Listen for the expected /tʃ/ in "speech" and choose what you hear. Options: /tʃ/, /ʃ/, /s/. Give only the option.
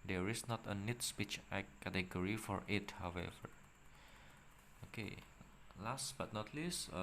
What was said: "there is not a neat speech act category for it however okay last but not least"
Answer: /tʃ/